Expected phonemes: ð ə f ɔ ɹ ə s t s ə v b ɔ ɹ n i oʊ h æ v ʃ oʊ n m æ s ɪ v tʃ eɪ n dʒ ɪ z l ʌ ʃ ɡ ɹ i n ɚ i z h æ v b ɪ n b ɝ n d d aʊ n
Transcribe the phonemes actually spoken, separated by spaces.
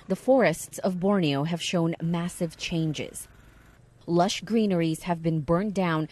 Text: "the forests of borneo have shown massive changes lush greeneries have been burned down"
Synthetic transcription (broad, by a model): ð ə f ɔ ɹ ə s t s ə v b ɔ ɹ n i oʊ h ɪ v ʃ oʊ n m æ s ɪ v tʃ eɪ n dʒ ɪ z l ʌ ʃ ɡ ɹ i n ɚ i z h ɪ v b ɪ n b ɝ n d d aʊ n